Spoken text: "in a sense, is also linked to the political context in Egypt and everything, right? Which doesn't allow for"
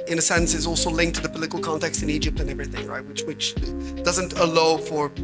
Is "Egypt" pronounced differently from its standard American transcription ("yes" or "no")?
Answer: no